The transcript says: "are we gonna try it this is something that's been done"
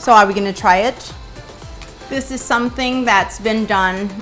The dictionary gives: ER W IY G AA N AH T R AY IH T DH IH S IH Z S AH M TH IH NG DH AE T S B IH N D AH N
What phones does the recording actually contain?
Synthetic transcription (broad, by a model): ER W IY G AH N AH T R AY IH T DH IH S IH Z S AH M TH IH NG DH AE T S B IH N D AH N